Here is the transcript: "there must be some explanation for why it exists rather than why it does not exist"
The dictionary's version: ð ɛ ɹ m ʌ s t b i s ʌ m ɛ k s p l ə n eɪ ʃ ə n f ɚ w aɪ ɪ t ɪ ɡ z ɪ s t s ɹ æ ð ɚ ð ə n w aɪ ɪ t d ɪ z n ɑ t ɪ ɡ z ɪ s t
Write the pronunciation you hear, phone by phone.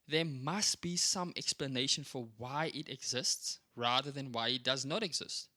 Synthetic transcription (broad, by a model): ð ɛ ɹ m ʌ s t b i s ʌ m ɛ k s p l ə n eɪ ʃ ə n f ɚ w aɪ ɪ t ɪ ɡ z ɪ s t s ɹ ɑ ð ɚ ð ə n w aɪ ɪ t d ɪ z n ɑ t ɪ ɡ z ɪ s t